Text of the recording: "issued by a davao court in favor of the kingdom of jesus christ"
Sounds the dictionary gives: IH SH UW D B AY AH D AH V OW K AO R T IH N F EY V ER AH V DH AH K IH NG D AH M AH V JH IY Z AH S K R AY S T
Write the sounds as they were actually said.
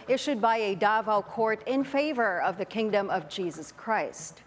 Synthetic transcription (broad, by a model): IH SH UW D B AY AH D AH V OW K AO R T IH N F EY V ER AH V DH AH K IH NG D AH M AH V JH IY Z AH S K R AY S T